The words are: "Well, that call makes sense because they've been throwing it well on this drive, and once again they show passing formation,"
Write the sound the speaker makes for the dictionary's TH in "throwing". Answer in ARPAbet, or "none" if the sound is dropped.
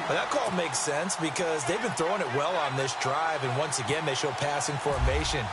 TH